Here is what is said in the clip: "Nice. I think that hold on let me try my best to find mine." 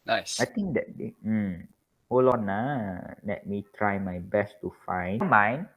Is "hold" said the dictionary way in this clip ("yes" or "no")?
no